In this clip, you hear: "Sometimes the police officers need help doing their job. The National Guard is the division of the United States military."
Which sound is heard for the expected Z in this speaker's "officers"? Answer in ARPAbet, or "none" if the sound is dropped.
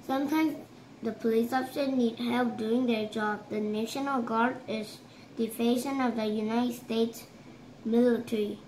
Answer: none